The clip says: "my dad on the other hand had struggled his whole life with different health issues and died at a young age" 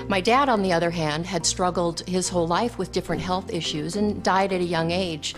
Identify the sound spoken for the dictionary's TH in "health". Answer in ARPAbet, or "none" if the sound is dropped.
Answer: TH